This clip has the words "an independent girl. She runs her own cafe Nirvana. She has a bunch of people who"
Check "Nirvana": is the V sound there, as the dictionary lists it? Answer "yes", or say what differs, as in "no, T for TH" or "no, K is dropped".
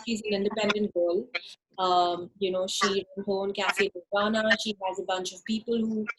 no, V is dropped